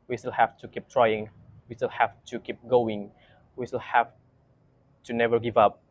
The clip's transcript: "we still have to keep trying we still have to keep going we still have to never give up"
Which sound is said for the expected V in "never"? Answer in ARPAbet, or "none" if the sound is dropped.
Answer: V